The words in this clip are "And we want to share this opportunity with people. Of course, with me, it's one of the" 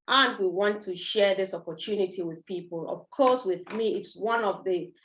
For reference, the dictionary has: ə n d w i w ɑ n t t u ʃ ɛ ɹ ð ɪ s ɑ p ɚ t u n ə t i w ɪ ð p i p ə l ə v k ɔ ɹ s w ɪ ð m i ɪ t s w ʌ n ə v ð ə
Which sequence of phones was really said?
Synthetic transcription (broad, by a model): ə n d w i w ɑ n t t u ʃ ɛ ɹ ð ɪ s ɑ p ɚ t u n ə t i w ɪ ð p i p ə l ə v k ɔ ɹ s w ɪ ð m i ɪ t s w ʌ n ə v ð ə